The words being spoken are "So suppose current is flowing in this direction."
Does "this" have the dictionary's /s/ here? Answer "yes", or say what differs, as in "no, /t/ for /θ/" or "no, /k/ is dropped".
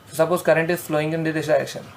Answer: no, /s/ is dropped